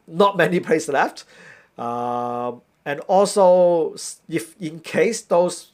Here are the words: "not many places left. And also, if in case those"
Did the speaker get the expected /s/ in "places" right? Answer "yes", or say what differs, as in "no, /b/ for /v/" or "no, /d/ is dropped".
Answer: no, /s/ is dropped